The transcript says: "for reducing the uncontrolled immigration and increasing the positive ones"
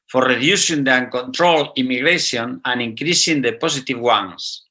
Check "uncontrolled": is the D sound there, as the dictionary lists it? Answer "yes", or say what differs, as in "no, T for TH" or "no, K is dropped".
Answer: no, D is dropped